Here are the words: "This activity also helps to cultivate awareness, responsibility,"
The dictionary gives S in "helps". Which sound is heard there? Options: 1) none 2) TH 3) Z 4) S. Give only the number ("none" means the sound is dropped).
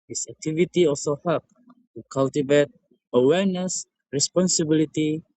1